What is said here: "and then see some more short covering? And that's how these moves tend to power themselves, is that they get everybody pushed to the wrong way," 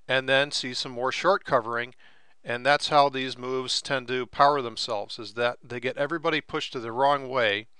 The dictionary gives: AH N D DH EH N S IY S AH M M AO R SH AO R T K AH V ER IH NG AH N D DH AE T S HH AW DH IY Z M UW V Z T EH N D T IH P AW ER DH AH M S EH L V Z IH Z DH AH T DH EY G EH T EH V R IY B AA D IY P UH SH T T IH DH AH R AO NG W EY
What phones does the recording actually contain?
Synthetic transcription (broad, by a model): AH N DH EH N S IY S AH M M AO R SH AO R T K AH V ER IH NG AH N DH AE T S HH AW DH IY Z M UW V Z T EH N T IH P AW ER DH AH M S EH L V Z IH Z DH AH T DH EY G EH T EH V R IY B AA D IY P UH SH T T IH DH AH R AO NG W EY